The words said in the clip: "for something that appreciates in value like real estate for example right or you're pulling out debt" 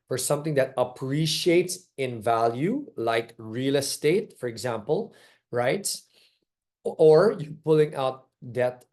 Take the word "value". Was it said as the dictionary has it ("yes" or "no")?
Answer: yes